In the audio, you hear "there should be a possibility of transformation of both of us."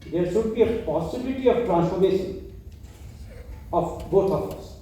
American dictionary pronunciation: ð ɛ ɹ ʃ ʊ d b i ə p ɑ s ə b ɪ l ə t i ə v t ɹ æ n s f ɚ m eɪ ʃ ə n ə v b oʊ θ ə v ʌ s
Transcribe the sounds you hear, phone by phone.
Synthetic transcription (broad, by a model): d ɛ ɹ s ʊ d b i ə p ɑ s ə b ɪ l ə t i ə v t ɹ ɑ n s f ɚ m eɪ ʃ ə n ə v b oʊ t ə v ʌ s